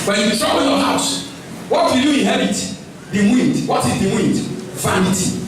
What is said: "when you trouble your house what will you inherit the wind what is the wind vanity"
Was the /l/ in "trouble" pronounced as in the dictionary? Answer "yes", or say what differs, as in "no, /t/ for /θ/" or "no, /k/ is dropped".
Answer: no, /n/ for /l/